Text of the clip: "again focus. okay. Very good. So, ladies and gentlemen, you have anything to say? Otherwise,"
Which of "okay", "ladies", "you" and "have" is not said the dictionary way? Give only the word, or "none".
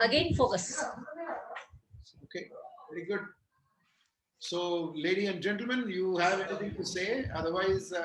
ladies